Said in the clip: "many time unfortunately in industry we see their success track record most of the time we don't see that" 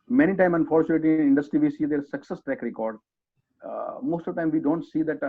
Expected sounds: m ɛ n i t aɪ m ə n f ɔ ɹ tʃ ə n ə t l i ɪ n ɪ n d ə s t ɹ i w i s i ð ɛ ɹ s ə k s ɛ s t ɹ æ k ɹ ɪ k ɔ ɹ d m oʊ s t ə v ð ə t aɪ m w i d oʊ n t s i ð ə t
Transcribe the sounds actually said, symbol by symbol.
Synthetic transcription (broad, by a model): m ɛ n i t aɪ m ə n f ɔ ɹ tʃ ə ə t i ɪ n ɪ n d ə s t ɹ i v i s i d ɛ ɹ s ə k s ɛ s t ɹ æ k ɹ ɪ k ɔ ɹ d m oʊ s t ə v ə t aɪ m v i d oʊ n t s i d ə t